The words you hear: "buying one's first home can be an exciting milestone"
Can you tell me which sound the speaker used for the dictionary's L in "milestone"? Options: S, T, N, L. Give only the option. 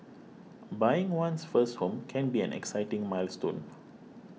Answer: L